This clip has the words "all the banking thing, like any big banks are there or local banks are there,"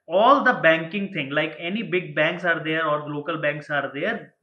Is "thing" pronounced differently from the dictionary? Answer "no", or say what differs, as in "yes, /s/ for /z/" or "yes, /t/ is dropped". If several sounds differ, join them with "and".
yes, /t/ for /θ/